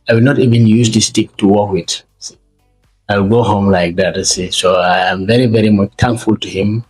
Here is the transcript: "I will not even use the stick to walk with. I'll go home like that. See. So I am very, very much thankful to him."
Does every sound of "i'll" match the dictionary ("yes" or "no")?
no